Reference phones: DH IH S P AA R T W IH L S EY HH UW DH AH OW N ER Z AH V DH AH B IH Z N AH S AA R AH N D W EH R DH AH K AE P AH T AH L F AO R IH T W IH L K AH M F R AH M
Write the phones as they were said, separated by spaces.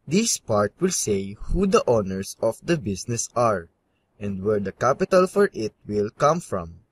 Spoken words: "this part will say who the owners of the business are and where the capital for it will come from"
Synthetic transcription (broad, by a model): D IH S P AA R T W IH L S EY HH UW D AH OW N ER S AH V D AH B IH S N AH S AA R AH N D W EH R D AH K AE P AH T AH L F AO R IH T W IH L K AH M F R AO M